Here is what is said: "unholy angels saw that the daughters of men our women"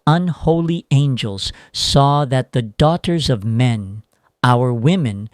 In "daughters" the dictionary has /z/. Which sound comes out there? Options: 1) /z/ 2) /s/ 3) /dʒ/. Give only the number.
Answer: 1